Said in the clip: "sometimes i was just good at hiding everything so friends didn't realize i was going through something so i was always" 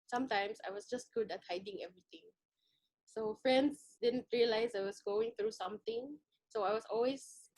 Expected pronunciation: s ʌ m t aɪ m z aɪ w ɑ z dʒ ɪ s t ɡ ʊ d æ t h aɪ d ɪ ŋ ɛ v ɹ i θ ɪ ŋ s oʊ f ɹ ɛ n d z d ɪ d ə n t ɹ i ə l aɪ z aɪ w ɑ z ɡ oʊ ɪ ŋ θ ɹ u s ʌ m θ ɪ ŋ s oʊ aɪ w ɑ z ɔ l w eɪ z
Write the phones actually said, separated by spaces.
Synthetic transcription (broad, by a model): s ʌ m t aɪ m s aɪ w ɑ s dʒ ɪ s t ɡ ʊ d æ t h aɪ d ɪ ŋ ɛ v ɹ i t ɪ ŋ s oʊ f ɹ ɛ n d s d ɪ d ə n t ɹ i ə l aɪ s aɪ w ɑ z ɡ oʊ ɪ ŋ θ ɹ u s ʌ m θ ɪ ŋ s oʊ aɪ w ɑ s ɔ l w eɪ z